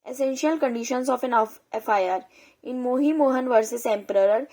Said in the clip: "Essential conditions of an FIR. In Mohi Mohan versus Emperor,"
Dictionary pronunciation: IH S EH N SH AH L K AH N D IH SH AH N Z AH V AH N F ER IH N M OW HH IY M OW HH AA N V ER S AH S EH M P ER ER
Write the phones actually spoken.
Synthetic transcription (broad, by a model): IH S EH N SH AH L K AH N D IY SH AH N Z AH F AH N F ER IH N M OW HH IY M OW HH AA N V ER S AH S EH M P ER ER